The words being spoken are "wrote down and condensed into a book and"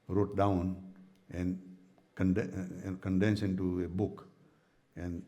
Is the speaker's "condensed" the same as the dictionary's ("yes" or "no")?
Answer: no